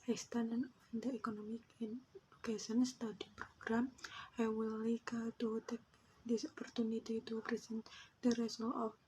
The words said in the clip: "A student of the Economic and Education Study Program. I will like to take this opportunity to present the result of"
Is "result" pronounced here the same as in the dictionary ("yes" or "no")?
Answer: no